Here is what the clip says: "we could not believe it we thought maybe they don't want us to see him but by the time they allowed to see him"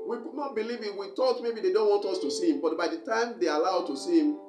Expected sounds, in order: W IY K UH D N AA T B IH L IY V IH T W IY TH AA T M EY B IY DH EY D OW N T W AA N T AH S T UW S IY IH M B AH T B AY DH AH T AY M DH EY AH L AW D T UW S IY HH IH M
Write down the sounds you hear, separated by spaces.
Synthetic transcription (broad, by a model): W IY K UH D N AA T B IH L IY V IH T W IY T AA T M EY B IY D EY D OW N T W AA N T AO S T UW S IY IH M B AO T B AY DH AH T AY M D EY AH L AW D T UW S IY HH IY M